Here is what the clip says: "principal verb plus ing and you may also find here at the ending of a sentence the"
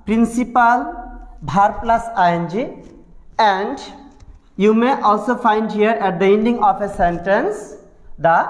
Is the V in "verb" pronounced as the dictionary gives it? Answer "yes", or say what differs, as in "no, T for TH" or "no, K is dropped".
no, B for V